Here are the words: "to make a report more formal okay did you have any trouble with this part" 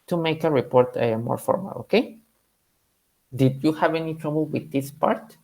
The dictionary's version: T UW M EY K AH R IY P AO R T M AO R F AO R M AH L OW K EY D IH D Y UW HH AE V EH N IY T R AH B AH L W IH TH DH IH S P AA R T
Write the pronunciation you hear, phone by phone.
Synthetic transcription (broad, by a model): T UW M EY K AH R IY P AO R T M AO R F AO R M AH L OW K EY D IH D Y UW HH AE V EH N IY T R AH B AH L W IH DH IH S P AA R T